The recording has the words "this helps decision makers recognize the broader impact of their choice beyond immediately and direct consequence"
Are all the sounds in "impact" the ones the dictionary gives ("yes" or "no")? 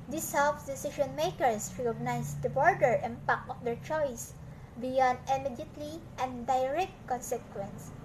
no